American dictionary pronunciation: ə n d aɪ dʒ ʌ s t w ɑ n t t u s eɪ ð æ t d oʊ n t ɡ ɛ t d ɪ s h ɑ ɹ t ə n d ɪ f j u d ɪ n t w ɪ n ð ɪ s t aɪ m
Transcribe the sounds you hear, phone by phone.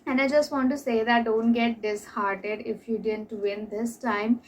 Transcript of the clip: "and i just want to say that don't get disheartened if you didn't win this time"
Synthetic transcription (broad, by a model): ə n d aɪ dʒ ʌ s t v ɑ n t t u s eɪ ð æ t d oʊ n t ɡ ɛ t d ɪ s h ɑ ɹ t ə d ɪ f j u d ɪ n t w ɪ n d ɪ s t aɪ m